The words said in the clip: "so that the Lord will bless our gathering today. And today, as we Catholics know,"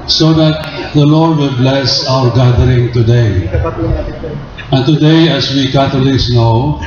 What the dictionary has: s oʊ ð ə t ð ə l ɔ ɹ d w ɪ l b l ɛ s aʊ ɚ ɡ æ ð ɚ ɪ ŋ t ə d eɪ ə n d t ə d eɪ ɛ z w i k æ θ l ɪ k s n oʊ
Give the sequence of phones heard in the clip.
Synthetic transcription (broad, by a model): s oʊ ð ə t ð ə l ɔ ɹ d w ɪ l b l ɛ s aʊ ɚ ɡ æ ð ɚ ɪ ŋ t ə d eɪ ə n t ə d eɪ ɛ s w i k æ t l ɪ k s n oʊ